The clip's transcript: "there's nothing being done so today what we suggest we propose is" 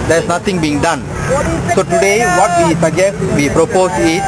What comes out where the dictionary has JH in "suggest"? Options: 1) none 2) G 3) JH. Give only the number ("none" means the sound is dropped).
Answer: 1